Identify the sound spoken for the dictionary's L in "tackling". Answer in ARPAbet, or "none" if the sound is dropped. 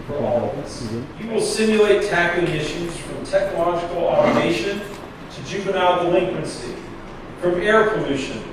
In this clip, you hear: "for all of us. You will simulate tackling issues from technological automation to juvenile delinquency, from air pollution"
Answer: none